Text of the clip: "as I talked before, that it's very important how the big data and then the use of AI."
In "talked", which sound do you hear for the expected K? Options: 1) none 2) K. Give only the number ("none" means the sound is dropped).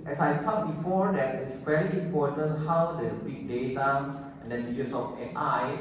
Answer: 1